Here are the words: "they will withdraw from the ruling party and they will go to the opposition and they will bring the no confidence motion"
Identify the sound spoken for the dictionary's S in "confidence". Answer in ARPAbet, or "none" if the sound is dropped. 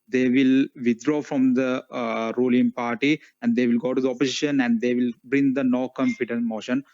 none